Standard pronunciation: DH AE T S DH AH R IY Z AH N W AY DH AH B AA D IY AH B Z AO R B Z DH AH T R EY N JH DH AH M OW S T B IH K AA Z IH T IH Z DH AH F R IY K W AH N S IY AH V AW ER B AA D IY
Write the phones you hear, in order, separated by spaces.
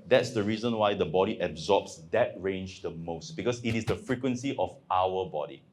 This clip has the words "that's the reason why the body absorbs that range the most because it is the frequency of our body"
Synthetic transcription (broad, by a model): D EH T S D AH R IY Z AH N W AY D AH B AA D IY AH B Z AO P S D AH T R EY N JH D AH M OW S T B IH K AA S IH T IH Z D AH F R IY K W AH N S IY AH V AW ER B AA D IY